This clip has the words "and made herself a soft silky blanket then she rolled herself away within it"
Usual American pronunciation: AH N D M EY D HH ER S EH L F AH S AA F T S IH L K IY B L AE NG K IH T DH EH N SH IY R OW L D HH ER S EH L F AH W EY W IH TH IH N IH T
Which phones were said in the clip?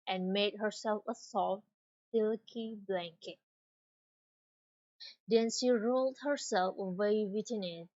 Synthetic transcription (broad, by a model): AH N M EY D HH ER S EH L F AH S AA F T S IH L K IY B L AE NG K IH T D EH N SH IY R OW L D HH ER S EH L F AH W EY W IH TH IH N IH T